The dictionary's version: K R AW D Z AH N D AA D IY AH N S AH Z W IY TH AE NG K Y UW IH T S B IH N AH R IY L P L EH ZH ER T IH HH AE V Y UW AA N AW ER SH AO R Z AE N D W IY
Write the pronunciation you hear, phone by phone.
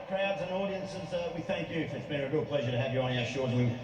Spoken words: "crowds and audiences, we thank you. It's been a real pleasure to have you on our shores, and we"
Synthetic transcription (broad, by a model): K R AW D Z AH N AA D IY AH N S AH Z W IY TH AE NG K Y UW IH T S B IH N AH R IY L P L EH ZH ER T IH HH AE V Y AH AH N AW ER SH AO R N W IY